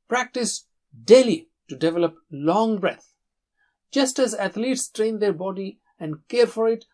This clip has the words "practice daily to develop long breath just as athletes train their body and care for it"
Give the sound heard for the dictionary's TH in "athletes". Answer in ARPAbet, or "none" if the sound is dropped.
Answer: T